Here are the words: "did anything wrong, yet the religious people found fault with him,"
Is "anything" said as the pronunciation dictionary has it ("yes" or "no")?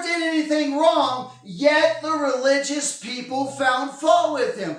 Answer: yes